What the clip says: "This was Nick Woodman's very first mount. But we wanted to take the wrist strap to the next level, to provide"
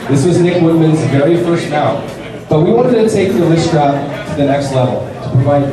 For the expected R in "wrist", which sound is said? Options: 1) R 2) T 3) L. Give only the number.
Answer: 3